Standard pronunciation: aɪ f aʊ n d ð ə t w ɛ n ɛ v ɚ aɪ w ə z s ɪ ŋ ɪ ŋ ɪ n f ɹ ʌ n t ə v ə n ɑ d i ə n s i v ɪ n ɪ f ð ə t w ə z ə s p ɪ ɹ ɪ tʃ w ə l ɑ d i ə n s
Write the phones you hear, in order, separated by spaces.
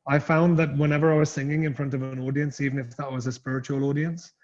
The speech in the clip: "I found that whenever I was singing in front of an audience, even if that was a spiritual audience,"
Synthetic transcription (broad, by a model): aɪ f aʊ n ð ə t w ɛ n ɛ v ɚ aɪ w ə z s ɪ ŋ ɪ ŋ ɪ n f ɹ ʌ n t ə v ə n ɑ d i ə n s i v ɪ n ɪ f ð ə t w ə z ə s p ɪ ɹ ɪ tʃ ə l ɑ d i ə n s